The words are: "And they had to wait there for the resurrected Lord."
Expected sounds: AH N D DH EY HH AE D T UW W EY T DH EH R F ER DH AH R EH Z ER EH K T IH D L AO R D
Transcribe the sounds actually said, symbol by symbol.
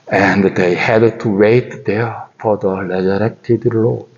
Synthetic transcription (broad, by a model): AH N D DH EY HH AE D T UW W EY T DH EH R F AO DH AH L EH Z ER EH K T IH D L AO